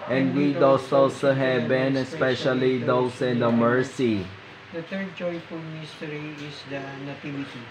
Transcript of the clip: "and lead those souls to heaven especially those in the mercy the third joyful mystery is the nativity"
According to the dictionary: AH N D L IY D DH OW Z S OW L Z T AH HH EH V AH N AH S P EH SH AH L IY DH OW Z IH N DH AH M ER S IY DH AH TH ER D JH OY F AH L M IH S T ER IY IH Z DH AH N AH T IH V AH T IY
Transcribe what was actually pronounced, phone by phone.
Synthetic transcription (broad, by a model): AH N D W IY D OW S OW L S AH HH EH B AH N AH S P EH SH AH L IY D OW S IH N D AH M ER S IY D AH T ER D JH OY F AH M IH S T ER IY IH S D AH N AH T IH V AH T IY